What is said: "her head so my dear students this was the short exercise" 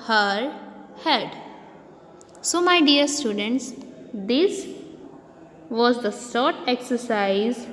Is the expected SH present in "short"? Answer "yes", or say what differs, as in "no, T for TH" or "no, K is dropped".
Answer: no, S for SH